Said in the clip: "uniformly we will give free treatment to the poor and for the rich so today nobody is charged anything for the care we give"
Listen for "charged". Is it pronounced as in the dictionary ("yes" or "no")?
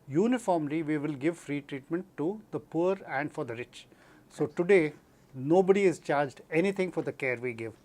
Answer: yes